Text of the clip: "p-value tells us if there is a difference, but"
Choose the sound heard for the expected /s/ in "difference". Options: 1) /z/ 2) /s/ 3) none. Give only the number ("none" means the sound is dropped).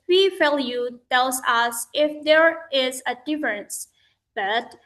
2